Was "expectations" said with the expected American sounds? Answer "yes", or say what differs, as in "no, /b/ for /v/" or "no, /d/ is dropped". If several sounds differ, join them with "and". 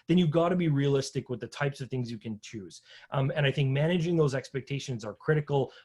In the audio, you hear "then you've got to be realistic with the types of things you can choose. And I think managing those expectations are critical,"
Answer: yes